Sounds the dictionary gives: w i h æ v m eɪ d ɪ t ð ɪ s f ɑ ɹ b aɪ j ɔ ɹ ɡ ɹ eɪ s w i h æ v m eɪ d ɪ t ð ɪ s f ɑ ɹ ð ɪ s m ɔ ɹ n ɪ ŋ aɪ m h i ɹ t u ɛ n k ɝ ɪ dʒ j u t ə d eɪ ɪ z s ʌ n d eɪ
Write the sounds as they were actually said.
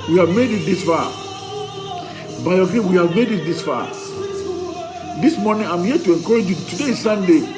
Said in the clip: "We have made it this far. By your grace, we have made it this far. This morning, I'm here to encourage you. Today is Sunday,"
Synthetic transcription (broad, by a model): w i h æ v m eɪ d ɪ t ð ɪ s f ɑ b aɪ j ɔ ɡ eɪ w i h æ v m eɪ d ɪ t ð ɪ s f ɑ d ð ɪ s m ɔ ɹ n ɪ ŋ aɪ m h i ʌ t u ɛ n k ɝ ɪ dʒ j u t ə d eɪ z s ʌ n d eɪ